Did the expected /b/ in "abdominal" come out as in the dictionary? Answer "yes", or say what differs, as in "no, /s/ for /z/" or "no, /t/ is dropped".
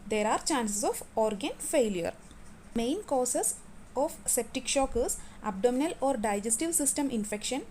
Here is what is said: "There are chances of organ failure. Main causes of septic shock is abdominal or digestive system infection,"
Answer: yes